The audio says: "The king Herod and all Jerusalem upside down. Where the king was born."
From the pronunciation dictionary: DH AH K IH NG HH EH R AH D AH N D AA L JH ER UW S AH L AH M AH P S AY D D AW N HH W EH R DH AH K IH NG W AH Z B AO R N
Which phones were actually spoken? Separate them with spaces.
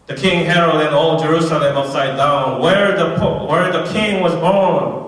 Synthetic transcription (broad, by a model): DH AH K IH NG HH EH R AH D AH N AA L JH ER UW S AH L AH M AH S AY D D AW N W W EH R DH AH K IH NG W AH Z B AO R N